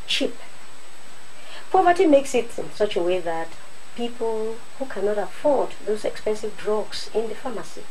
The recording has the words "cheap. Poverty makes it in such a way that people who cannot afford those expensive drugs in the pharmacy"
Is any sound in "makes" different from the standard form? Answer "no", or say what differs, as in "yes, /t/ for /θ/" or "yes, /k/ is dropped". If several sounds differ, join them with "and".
no